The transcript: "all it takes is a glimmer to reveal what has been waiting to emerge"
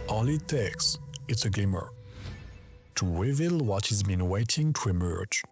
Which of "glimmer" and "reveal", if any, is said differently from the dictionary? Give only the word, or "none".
reveal